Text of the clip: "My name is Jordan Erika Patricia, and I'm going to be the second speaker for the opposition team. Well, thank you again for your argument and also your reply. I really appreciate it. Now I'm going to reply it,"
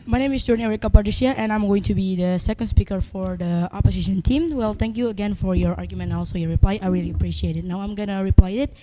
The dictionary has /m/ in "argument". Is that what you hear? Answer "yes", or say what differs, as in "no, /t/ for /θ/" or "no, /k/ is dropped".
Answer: no, /m/ is dropped